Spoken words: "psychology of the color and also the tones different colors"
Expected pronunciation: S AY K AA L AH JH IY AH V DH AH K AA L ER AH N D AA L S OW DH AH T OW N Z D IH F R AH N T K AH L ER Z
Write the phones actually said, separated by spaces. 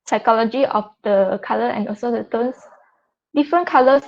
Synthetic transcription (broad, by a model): S AY K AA L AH JH IY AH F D AH K AA L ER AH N AA L S OW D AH T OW N S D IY F R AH N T K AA L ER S